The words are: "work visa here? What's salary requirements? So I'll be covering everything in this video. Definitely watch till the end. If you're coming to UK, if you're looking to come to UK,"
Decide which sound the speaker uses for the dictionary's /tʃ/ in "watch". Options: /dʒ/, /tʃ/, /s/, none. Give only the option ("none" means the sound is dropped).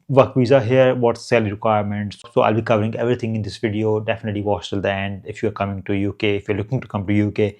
/s/